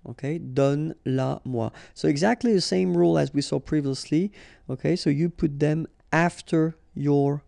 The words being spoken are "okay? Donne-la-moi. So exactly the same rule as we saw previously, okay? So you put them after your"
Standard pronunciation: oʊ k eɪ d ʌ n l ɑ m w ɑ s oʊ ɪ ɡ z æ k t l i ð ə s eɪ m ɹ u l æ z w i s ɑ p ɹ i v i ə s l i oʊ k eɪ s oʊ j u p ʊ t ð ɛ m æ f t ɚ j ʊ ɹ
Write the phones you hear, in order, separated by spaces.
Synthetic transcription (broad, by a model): oʊ k eɪ d ʌ n l ɑ m w ɑ s oʊ ɪ ɡ z æ k t l i ð ə s eɪ m ɹ u l æ z w i s ɑ p ɹ i v i ə s l i oʊ k eɪ s oʊ j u p ʊ t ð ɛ m æ f t ɚ j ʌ ɹ